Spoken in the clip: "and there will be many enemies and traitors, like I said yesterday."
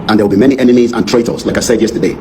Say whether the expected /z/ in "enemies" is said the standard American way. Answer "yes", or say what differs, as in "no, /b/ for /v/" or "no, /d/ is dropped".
yes